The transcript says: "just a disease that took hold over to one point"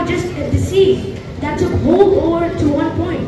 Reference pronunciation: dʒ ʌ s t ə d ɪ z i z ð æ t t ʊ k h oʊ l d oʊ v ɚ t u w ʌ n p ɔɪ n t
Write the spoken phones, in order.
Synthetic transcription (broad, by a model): dʒ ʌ s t ə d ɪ s i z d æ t s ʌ h oʊ l d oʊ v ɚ t u w ʌ n p ɔɪ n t